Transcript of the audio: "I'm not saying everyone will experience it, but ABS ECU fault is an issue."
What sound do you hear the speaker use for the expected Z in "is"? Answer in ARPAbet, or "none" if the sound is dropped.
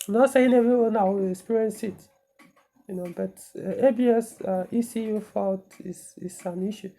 S